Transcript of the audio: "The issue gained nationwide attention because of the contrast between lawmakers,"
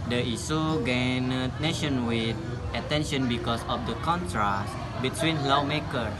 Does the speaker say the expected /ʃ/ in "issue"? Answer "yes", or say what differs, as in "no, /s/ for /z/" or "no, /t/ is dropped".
no, /s/ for /ʃ/